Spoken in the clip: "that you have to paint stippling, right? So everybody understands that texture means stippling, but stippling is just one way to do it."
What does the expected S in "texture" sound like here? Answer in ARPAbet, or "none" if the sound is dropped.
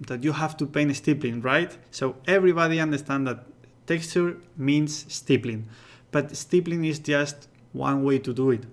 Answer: S